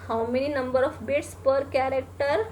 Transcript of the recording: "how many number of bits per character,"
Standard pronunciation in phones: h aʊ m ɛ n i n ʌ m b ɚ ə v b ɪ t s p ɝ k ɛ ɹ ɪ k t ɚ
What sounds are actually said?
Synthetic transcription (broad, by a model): h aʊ m ɛ n i n ʌ m b ɚ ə f b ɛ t s p ɝ k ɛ ɹ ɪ k t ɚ